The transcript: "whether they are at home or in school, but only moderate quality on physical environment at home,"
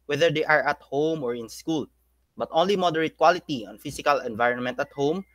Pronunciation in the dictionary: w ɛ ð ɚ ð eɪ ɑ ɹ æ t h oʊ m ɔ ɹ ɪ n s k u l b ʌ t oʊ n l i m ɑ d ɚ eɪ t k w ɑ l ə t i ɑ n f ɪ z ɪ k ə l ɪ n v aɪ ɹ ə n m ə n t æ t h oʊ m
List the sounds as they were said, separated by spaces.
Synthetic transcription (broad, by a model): w ɛ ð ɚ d eɪ ɑ ɹ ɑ t h oʊ m ɔ ɹ ɪ n s k u l b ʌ t oʊ n l i m ɑ d ɚ eɪ t k w ɑ l ə t i ɑ n f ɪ s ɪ k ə l ɪ n v aɪ ɹ ə n m ə n t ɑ t h oʊ m